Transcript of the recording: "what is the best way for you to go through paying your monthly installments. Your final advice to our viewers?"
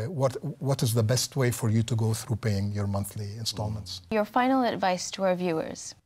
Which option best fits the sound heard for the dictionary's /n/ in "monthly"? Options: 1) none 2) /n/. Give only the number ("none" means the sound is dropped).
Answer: 2